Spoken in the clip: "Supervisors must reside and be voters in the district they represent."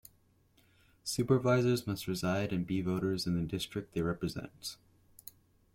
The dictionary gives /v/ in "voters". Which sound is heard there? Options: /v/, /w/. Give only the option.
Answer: /v/